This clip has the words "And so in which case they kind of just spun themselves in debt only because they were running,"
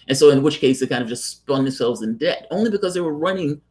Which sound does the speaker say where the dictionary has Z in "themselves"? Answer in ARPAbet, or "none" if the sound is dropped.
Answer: Z